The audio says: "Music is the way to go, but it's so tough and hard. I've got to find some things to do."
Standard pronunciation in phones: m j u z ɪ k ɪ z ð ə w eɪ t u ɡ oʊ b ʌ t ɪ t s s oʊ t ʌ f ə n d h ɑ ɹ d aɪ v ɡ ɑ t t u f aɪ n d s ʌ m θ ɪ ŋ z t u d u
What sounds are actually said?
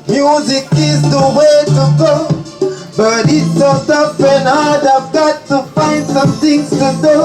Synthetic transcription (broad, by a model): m j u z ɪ k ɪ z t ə w eɪ t u ɡ oʊ b ʌ t ɪ t s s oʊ s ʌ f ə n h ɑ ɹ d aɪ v ɡ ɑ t t u f aɪ n d s ʌ m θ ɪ ŋ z t u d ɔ